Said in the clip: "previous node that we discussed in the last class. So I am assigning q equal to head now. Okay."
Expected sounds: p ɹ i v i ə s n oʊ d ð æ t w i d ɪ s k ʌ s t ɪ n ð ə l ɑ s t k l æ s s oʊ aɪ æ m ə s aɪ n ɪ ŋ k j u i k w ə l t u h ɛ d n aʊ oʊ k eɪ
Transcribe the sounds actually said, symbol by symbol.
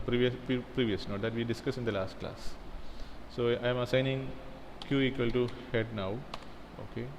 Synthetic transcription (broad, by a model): p ɹ i v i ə s n oʊ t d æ t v i d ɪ s k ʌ s ɪ n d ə l ɑ s t k l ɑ s s oʊ aɪ m ə s aɪ n ɪ ŋ k j u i k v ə l t u h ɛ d n aʊ oʊ k eɪ